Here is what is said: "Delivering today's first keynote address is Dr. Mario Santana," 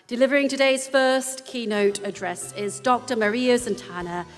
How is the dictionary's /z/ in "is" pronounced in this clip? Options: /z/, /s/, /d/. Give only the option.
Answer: /z/